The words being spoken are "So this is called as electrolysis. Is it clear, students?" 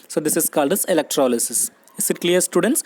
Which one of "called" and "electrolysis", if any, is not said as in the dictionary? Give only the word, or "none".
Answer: none